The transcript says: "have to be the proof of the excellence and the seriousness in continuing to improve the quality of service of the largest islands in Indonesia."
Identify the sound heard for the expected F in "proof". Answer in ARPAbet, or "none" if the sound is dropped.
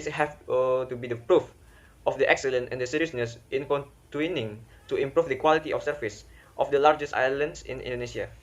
F